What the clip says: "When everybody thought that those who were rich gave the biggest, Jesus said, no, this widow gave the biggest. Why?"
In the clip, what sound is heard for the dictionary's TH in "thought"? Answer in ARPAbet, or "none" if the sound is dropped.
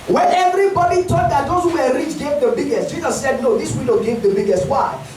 T